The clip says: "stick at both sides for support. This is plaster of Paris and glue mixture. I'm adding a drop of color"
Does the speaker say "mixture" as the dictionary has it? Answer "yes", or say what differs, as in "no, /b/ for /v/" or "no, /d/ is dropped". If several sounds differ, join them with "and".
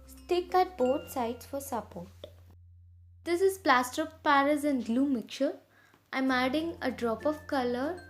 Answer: no, /s/ is dropped